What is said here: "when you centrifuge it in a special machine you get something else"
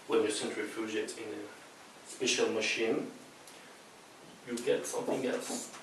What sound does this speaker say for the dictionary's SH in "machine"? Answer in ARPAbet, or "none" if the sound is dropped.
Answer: SH